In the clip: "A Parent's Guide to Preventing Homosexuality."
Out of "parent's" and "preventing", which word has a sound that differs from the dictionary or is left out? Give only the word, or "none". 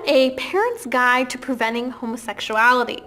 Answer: none